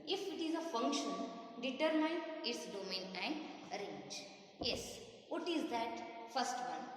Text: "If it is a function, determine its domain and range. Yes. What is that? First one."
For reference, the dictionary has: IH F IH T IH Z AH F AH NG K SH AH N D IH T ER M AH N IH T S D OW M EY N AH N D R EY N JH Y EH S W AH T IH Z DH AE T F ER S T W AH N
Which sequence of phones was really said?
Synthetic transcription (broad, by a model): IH F IH T IH Z AH F AH NG K SH AH N D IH T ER M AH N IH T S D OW M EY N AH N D R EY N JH Y EH S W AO T IH Z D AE T F ER S T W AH N